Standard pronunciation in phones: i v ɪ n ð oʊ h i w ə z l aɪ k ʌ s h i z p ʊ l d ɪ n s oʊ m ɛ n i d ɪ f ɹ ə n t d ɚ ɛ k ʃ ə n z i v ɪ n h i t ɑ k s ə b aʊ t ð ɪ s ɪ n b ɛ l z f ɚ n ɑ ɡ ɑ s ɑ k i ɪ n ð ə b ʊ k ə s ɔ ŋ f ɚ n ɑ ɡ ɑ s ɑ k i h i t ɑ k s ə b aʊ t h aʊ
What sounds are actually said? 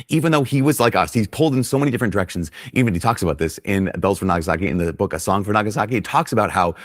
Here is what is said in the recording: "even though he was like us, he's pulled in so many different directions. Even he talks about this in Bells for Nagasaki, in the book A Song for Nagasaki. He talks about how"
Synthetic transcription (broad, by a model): i v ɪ n ð oʊ i w ə z l aɪ k ʌ s h i z p ʊ l d ɪ n s oʊ m ɛ n i d ɪ f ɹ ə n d ɚ ɛ k ʃ n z i v ɪ n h i t ɑ k s ə b aʊ t ð ɪ s ɪ n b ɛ l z f ɚ n ɑ ɡ ɑ s ɑ k i ɪ n ð ə b ʊ k ə s ɔ ŋ f ɚ n ɑ ɡ ɑ s ɑ k i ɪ t ɑ k s ə b aʊ t h aʊ